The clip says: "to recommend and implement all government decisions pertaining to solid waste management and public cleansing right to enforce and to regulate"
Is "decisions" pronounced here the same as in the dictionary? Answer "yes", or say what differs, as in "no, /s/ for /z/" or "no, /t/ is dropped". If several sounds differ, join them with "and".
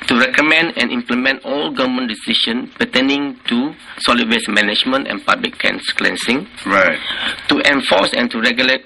no, /ʃ/ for /ʒ/ and /z/ is dropped